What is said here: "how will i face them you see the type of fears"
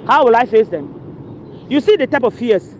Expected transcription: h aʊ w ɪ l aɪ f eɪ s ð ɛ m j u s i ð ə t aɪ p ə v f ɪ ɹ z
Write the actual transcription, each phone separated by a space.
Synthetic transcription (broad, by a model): h aʊ w ɪ l aɪ f eɪ s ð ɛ m j u s i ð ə t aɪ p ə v f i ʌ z